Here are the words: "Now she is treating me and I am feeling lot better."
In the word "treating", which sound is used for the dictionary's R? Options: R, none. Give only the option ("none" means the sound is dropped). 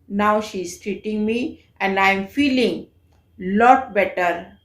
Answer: R